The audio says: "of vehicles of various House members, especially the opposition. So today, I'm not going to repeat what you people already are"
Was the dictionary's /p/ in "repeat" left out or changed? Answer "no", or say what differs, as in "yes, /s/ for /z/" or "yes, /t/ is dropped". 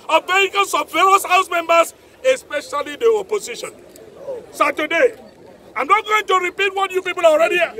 no